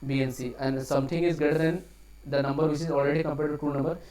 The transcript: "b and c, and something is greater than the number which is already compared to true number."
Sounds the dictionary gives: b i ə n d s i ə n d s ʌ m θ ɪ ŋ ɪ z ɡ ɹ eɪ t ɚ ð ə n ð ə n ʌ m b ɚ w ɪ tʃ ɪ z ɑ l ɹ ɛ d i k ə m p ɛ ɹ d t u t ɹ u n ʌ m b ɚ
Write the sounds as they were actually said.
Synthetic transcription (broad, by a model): b i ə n s i ə n d s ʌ m t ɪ ŋ ɪ z ɡ eɪ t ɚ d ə n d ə n ʌ m b ɚ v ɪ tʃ ɪ z ɑ l ɹ ɛ d i k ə m p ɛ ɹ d t u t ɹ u n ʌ m b ɚ